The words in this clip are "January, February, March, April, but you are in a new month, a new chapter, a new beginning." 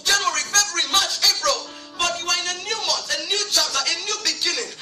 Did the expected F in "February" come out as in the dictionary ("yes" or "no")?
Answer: no